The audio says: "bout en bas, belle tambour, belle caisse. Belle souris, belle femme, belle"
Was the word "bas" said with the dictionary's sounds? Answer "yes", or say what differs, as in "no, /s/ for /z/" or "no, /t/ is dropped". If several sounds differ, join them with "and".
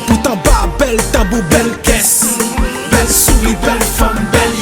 no, /s/ is dropped